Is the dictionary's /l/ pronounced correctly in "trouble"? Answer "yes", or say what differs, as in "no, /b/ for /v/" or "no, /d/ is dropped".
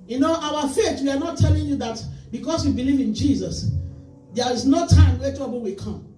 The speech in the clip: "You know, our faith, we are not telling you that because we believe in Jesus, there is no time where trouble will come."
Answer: no, /n/ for /l/